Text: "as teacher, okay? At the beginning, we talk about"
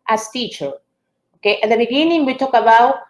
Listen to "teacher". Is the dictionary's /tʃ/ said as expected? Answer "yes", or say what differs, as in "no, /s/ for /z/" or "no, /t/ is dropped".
yes